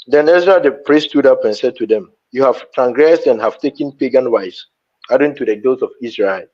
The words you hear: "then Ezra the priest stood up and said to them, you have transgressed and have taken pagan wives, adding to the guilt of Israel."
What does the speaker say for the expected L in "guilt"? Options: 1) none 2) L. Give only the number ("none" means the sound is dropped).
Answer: 1